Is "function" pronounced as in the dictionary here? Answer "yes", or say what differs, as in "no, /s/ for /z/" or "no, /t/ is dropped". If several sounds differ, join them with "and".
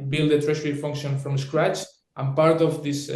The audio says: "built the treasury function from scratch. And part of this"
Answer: yes